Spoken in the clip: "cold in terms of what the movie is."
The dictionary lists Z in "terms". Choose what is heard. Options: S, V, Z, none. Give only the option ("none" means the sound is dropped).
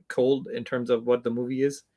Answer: Z